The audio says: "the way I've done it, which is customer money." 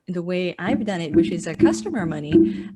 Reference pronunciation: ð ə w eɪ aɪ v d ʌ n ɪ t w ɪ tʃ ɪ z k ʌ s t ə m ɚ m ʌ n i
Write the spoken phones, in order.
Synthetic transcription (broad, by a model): ð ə w eɪ aɪ v d ʌ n ɪ t w ɪ tʃ ɪ z k ʌ s t ə m ɚ m ʌ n i